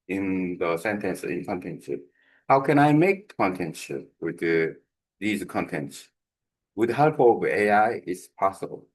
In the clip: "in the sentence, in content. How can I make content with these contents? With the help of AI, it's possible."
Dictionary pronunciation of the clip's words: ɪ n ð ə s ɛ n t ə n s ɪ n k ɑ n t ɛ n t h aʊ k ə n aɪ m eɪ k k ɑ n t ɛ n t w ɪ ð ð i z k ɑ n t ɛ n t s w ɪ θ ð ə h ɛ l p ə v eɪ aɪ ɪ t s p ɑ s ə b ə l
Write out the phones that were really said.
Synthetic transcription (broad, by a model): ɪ n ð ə s ɛ n t ə n s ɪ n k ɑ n t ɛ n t h aʊ k ə n aɪ m eɪ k k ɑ n t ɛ n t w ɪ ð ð i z k ɑ n t ɛ n t s w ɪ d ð h ɛ l p ə v eɪ aɪ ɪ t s p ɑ s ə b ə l